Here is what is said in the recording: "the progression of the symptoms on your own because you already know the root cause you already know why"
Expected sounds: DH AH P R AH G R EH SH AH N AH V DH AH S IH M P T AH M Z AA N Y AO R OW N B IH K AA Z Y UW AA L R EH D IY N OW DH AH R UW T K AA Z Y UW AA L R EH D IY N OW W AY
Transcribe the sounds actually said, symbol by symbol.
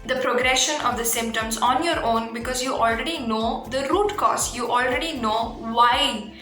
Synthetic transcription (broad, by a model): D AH P R AH G R EH SH AH N AH V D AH S IH M P T AH M Z AA N Y AO R OW N B IH K AA Z Y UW AA L R EH D IY N OW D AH R UW T K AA S Y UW AA L R EH D IY N OW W AY